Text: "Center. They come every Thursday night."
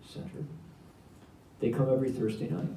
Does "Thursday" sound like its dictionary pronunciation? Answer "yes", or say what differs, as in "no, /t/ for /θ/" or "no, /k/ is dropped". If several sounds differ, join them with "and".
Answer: yes